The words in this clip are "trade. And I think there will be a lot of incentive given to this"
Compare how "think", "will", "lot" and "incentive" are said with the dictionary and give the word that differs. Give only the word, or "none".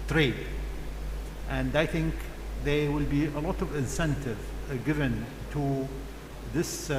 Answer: none